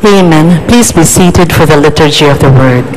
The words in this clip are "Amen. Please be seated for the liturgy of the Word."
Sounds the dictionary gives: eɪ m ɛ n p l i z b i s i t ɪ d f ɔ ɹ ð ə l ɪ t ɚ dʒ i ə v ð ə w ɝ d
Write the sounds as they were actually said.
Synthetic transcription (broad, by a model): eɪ m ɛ n p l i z b i s i t ɪ d f ɔ ɹ ð ə l ɪ t ɚ dʒ i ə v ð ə w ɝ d